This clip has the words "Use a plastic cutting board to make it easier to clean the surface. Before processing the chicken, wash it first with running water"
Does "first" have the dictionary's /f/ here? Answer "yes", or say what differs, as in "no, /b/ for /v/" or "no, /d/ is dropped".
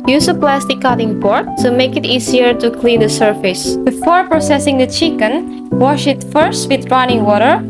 yes